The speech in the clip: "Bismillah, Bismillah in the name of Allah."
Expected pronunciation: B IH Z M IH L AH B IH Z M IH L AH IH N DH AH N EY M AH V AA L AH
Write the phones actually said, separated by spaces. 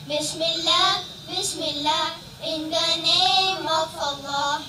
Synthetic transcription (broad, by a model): B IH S M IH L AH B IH S M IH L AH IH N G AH N EY M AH F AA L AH